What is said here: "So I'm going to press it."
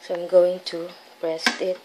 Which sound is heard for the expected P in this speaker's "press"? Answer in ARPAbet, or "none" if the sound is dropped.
B